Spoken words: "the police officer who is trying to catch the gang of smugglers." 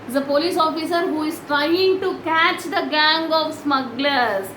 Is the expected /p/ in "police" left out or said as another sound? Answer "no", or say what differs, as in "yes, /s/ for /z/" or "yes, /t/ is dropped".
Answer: no